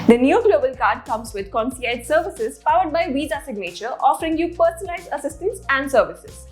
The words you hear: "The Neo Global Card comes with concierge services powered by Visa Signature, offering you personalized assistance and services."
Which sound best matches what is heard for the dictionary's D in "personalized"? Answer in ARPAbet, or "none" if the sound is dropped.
none